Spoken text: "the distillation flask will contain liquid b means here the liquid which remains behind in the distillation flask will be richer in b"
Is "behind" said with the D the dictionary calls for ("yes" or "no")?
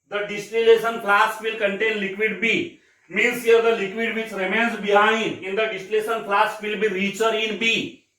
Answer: no